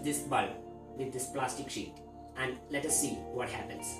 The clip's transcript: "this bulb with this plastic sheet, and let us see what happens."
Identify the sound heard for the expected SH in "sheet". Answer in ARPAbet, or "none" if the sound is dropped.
SH